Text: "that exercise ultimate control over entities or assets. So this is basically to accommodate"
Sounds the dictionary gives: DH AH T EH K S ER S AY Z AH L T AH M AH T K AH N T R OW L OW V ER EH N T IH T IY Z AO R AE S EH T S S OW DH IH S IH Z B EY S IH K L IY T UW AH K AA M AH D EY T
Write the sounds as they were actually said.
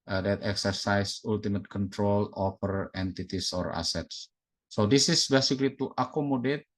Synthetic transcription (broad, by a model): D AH T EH K S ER S AY S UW L T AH M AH T K AH N T R OW L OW F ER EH N T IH T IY S AO R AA S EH T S S OW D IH S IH S B EY S IH K L IY T UW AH K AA M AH D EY T